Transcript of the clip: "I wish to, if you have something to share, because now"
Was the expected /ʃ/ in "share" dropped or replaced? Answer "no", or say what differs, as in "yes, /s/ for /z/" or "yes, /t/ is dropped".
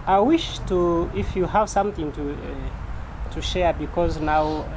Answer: no